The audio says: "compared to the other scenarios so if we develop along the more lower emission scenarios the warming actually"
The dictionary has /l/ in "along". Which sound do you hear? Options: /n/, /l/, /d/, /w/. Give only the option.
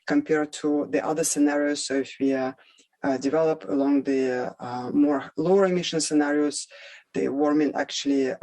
/l/